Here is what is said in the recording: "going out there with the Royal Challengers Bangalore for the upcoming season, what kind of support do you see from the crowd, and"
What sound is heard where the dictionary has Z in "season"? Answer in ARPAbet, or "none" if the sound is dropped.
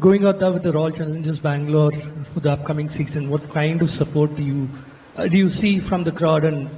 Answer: S